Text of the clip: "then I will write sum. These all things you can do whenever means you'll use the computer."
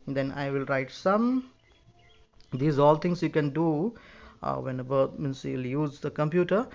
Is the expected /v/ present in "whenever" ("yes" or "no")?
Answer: no